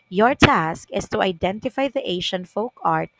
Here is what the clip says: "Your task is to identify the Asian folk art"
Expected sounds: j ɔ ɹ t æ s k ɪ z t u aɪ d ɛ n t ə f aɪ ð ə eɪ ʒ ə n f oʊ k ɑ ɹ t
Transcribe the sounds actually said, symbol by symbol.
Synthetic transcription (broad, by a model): j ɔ ɹ t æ s k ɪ s t u aɪ d ɛ n t ə f aɪ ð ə eɪ ʃ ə n f oʊ k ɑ ɹ t